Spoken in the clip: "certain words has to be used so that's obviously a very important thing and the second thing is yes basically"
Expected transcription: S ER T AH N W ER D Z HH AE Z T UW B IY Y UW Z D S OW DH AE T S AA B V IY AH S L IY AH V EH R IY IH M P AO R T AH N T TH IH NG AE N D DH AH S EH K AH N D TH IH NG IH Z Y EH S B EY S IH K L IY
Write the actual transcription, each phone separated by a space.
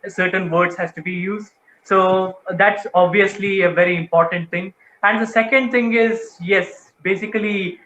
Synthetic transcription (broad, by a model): S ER T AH N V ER D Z HH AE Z T UW B IY Y UW Z D S OW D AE T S AA B V IY AH S L IY AH V EH R IY IH M P AO R T AH N T T IH NG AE N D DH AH S EH K AH N D T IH NG IH Z Y EH S B EY S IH K L IY